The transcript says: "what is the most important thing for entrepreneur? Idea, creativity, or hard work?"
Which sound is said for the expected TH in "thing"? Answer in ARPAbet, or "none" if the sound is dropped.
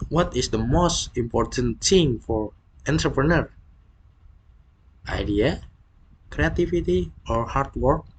S